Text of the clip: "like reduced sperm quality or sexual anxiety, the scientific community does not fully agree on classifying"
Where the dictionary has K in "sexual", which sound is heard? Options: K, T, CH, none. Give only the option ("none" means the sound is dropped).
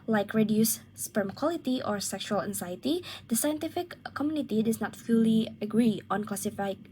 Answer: K